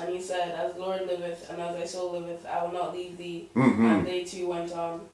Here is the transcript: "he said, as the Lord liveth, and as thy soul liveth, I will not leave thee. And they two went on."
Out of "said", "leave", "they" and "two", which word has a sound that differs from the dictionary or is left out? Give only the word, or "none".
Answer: none